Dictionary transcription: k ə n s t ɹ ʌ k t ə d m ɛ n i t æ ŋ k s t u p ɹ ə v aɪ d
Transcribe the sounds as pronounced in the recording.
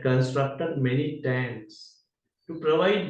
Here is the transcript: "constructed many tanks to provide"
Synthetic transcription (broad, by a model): k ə n s t ɹ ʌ k t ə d m ɛ n i t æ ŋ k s t u p ɹ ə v aɪ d